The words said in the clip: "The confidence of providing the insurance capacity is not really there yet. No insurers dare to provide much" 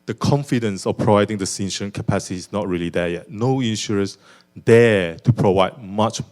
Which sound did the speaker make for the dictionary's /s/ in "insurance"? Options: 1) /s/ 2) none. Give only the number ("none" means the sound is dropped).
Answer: 2